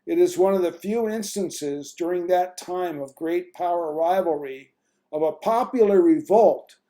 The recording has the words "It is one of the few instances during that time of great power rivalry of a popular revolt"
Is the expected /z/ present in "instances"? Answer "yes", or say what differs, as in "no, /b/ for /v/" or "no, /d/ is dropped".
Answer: yes